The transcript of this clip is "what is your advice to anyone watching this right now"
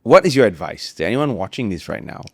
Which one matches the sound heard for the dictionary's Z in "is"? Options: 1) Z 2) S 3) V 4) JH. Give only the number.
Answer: 1